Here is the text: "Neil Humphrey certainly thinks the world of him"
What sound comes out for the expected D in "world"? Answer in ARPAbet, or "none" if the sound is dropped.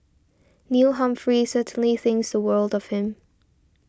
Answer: D